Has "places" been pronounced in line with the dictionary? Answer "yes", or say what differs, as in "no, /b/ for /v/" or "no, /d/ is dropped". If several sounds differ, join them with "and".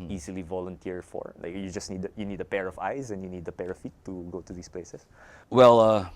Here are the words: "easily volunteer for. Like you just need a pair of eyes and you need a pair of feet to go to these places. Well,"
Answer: no, /s/ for /z/